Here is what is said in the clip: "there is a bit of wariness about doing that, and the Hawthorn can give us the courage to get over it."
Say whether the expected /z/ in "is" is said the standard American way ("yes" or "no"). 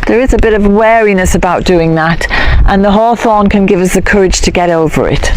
yes